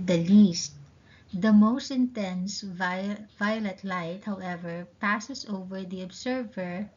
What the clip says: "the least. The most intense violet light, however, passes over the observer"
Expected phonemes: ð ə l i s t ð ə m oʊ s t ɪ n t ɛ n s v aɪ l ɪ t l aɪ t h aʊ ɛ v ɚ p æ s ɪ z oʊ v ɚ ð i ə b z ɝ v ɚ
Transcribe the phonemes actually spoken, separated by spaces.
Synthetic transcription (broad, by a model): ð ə l i s t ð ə m oʊ s t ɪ n t ɛ n s v aɪ l ɪ t l aɪ t h aʊ ɛ v ɚ p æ s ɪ s oʊ v ɚ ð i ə b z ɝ v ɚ